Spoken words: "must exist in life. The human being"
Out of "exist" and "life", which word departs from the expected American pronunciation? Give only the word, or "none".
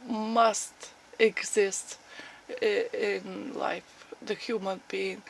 none